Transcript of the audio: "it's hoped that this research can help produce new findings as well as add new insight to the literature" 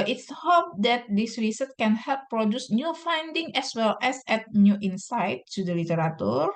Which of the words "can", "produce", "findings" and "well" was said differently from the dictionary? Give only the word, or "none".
findings